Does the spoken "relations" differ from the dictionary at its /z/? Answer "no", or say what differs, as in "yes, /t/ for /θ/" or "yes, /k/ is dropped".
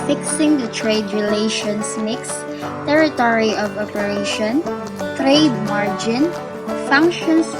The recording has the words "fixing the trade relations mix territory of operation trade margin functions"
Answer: yes, /s/ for /z/